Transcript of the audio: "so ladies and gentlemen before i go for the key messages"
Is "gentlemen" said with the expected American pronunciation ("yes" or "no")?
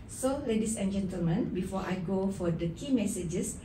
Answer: yes